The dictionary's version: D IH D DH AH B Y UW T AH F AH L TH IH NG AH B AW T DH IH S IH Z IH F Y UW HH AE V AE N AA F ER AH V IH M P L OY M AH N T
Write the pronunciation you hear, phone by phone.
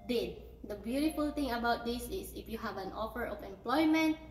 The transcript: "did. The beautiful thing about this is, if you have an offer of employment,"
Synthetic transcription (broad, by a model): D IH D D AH B Y UW T AH F AH L T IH NG AH B AW T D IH S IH S IH F Y UW HH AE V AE N AA F ER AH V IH M P L OY M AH N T